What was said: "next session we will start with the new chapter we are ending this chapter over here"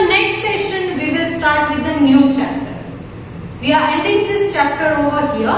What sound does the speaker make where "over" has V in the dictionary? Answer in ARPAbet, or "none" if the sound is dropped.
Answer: V